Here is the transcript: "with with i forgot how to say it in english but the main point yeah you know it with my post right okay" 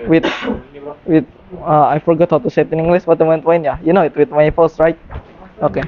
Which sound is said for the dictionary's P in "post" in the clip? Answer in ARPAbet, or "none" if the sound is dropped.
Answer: F